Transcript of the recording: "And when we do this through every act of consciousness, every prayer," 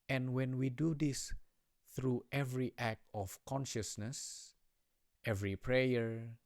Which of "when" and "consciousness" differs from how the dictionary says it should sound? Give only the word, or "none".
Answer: none